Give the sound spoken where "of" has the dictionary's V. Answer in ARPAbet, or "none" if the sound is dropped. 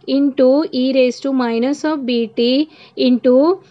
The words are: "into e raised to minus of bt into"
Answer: P